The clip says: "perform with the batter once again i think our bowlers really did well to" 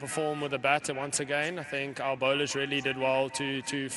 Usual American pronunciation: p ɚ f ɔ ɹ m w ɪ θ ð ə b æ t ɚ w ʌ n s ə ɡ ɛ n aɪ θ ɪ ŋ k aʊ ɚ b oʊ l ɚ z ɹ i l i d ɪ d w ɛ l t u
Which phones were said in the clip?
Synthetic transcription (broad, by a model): p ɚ f ɔ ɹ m w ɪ ð ə b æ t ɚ w ʌ n s ə ɡ ɛ n aɪ θ ɪ ŋ k aʊ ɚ b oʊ l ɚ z ɹ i l i d ɪ d w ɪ l t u